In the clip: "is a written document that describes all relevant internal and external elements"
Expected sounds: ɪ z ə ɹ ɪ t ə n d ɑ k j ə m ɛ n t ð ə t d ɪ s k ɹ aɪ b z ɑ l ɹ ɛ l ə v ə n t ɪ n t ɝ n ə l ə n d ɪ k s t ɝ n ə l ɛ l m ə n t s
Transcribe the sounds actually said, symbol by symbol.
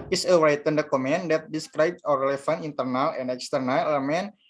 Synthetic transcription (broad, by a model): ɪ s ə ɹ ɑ t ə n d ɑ k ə m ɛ n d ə t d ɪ s k ɹ aɪ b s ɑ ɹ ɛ l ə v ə n ɪ n t ɝ n ə l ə n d ɪ k s t ɝ n ə l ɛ m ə n